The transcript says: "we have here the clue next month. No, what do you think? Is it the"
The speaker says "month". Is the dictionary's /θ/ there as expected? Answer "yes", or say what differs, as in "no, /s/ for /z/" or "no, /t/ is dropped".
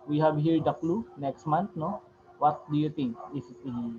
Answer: no, /t/ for /θ/